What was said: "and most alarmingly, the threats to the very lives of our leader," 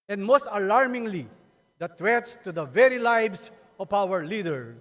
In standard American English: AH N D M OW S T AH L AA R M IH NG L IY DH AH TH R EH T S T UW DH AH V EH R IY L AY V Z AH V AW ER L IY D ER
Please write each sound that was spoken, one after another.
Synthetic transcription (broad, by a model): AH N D M OW S T AH L AA R M IH NG L IY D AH T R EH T S T UW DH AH V EH R IY L AY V S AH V AW ER L IY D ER